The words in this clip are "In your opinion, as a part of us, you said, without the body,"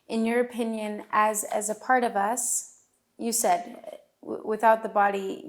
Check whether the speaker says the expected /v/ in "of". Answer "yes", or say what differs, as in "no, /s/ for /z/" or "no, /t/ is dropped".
yes